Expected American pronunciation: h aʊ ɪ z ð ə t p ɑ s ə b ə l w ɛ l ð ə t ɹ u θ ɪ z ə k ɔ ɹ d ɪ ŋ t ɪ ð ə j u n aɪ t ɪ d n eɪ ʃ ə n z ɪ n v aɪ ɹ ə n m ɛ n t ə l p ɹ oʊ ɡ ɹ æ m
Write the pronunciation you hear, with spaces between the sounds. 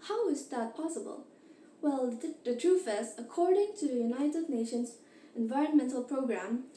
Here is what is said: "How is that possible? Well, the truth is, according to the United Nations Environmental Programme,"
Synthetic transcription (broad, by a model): h aʊ ɪ z ð ə t p ɑ s ə b ə l w ɛ l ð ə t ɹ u f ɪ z ə k ɔ ɹ d ɪ ŋ t ɪ ð ə j u n aɪ t ɪ d n eɪ ʃ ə n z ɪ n v aɪ ɹ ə n m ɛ n t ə l p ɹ oʊ ɡ ɹ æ m